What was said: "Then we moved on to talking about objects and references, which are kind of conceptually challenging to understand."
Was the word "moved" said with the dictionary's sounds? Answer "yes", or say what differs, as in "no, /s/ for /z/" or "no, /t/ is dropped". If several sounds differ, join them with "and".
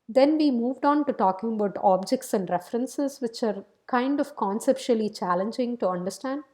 yes